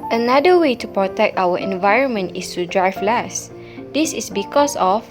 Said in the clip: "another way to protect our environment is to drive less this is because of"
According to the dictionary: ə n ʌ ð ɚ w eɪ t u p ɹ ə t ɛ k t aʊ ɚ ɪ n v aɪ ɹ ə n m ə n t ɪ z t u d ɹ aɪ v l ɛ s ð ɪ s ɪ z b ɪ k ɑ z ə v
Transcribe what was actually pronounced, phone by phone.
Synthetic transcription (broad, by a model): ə n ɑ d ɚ w eɪ t u p ɹ ə t ɛ k t aʊ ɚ ɪ n v aɪ ɹ ə n m ə n t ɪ s t u d ɹ aɪ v l ɛ s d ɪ s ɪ s b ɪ k ɑ s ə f